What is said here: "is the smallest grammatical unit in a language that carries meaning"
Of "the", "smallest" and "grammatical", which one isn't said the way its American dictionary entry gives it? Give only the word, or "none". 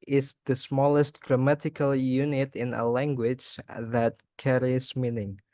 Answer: none